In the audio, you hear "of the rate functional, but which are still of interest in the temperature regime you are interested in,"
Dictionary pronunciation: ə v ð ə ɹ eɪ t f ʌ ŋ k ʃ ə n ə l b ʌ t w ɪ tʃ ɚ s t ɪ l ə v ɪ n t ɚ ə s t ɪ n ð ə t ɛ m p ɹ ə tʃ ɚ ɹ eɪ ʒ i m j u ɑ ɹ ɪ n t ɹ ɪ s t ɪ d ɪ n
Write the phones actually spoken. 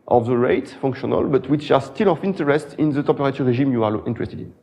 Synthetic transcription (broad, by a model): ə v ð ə ɹ eɪ t f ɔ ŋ k ʃ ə n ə l b ʌ t w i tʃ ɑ s t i l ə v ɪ n t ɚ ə s t ɪ n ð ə t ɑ p ɹ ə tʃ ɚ ɹ eɪ ʒ i m j u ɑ l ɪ n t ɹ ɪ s t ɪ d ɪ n